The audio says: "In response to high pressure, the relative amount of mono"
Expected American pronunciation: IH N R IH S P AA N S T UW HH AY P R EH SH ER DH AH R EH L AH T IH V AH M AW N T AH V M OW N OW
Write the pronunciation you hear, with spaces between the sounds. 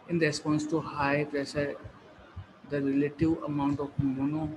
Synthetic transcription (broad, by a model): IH N R IH S P AA N S T UW HH AY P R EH S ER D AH R EH L AH T IH V AH M AW N T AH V M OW N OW